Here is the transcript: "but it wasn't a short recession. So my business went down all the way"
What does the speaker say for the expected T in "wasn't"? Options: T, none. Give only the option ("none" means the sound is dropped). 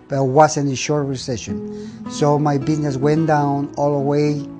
none